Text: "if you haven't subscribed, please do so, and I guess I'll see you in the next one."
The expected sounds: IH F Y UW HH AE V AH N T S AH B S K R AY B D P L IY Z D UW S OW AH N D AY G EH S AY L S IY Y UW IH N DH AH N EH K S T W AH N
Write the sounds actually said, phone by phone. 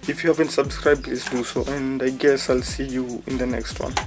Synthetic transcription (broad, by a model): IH F Y UW HH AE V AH N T S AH B S K R AY B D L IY S D UW S OW AH N D AY G EH S AY L S IY Y UW IH N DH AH N EH K S T W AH N